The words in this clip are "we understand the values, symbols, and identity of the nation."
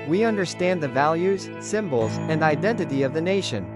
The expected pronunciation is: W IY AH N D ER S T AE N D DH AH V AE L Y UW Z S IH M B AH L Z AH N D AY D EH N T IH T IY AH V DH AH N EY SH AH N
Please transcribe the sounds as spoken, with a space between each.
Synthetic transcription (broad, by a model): W IY AH N D ER S T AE N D DH AH V AE L Y UW Z S IH M B L Z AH N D AY D EH N T IH T IY AH V DH AH N EY SH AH N